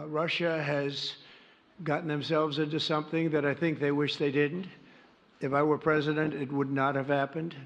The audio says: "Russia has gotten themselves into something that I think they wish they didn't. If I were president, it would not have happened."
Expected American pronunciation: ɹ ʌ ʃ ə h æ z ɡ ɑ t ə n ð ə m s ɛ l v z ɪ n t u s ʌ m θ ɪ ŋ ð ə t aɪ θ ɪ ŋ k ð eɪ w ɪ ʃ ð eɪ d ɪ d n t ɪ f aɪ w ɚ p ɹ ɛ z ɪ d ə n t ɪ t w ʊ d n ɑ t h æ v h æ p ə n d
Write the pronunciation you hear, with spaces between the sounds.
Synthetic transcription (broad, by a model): ɹ ʌ ʃ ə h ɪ z ɡ ɑ t n ð ə m s ɛ l v z ɪ n t u s ʌ m θ ɪ ŋ ð ə t aɪ θ ɪ ŋ k ð eɪ w ɪ ʃ ð eɪ d ɪ d n t ɪ f aɪ w ɚ p ɹ ɛ z ɪ d ə n t ɪ t w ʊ d n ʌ t h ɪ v h æ p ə n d